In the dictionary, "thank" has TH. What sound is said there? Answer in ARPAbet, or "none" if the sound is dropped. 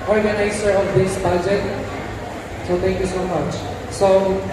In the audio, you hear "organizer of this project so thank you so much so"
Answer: T